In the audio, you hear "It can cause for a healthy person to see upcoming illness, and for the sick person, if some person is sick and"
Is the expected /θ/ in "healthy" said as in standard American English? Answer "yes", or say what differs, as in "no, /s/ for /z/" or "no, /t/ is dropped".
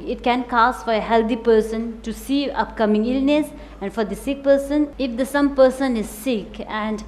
no, /t/ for /θ/